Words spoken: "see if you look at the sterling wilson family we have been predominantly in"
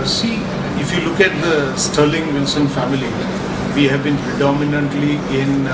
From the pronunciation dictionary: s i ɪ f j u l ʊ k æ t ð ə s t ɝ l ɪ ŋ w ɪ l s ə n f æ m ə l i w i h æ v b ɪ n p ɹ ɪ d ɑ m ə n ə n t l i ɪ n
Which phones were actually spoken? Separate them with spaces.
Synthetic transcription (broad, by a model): s i ɪ f j u l ʊ k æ t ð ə s t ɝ l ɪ ŋ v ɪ l s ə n f æ m ə l i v i h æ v b ɪ n p ɹ ɪ d ɑ m ə n ə n t l i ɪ n